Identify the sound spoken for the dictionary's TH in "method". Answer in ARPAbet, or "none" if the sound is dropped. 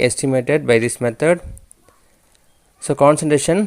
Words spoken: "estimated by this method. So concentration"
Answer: T